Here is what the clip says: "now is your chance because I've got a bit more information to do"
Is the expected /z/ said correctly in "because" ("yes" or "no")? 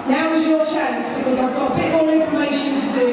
yes